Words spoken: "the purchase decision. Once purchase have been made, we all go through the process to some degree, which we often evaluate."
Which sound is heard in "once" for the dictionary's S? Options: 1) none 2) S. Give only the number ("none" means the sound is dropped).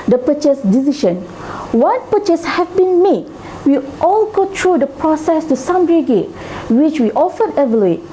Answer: 1